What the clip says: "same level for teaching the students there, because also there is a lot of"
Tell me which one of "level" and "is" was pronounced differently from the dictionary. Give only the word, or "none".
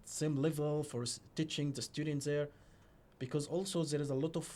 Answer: none